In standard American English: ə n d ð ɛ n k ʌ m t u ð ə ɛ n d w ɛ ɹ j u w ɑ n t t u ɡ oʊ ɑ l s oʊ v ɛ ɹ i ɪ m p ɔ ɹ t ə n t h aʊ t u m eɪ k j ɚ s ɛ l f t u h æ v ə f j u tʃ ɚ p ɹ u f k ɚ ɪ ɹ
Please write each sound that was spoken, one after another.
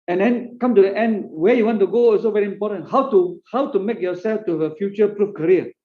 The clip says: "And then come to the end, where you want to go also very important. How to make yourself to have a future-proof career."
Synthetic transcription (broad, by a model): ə n d ɛ n k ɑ m t u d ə ɛ n d w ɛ j u w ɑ n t t u ɡ oʊ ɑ s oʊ v ɛ ɹ i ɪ m p ɔ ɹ t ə n t h aʊ t u m eɪ k j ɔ s ɛ l f t u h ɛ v ə f j u tʃ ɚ p ɹ u f k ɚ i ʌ